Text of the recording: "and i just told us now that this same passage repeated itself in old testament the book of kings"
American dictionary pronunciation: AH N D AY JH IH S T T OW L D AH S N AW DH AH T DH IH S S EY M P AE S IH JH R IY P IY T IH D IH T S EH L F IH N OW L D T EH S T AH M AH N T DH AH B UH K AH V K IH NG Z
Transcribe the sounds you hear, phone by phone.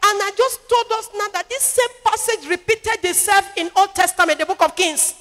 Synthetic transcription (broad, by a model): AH N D AY JH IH S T T OW L D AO S N AW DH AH T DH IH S S EY M P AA S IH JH R IY P IY T IH D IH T S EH L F IH N OW L D T EH S T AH M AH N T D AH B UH K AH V K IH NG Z